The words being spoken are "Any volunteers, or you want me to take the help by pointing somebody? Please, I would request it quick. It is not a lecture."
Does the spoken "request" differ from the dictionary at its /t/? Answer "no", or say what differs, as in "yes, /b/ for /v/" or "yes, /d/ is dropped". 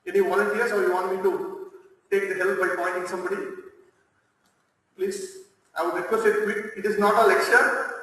yes, /t/ is dropped